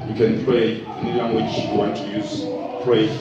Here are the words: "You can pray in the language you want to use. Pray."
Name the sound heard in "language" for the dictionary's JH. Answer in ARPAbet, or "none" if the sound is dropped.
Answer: CH